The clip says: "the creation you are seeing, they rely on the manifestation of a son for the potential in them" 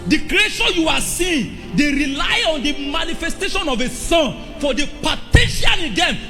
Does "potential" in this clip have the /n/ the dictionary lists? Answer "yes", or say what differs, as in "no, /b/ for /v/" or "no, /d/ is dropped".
no, /n/ is dropped